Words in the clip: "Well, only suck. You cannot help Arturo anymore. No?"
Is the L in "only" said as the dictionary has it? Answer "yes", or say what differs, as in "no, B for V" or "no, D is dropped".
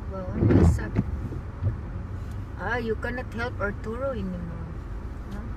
no, L is dropped